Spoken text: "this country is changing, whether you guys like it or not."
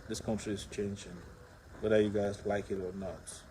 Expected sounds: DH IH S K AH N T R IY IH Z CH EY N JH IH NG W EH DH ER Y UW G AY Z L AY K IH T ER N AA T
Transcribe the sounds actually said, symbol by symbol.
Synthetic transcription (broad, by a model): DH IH S K AH N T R IY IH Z CH EY N JH IH NG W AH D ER Y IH G AY Z L AY K IH T ER N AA T